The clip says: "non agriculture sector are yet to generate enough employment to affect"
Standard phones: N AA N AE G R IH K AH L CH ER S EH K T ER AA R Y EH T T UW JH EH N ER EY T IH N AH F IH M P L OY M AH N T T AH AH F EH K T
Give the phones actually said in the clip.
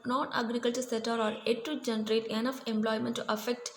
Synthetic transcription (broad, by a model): N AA N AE G R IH K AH L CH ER S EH T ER AA R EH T T UW JH EH N ER EY T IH N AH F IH M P L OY M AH N T T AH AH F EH K T